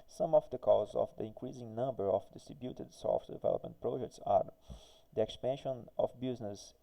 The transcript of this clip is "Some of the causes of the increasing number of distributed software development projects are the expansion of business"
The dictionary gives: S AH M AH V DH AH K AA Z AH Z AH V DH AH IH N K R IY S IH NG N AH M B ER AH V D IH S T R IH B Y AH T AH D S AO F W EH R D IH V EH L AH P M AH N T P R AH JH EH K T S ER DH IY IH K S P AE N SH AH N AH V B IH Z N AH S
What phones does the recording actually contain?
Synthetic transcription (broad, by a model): S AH M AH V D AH K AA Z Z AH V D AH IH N K R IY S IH NG N AH M B ER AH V D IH S T R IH B Y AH T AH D S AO F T D IH V EH L AH P M AH N T P R AH JH EH K T S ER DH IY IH K S P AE N SH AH N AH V B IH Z N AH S